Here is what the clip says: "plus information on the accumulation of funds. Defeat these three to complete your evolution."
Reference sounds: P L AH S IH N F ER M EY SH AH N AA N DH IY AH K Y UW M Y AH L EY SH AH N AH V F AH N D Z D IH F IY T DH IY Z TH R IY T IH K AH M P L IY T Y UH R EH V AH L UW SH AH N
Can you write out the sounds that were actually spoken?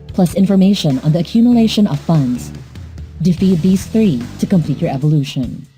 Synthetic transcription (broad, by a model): P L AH S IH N F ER M EY SH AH N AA N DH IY AH K Y UW M Y AH L EY SH AH N AH V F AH N D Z D IH F IY T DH IY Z TH R IY T IH K AH M P L IY T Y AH R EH V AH L UW SH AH N